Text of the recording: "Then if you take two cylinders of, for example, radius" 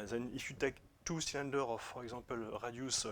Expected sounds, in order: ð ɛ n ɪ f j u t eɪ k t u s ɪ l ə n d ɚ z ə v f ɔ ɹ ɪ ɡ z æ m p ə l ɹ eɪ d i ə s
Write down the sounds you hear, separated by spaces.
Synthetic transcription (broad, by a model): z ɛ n ɪ f j u t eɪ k t u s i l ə n d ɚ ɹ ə f ɔ ɹ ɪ ɡ z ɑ p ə l ɹ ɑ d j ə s